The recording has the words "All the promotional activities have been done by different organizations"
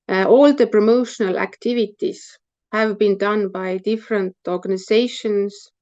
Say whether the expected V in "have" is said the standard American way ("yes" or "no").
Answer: yes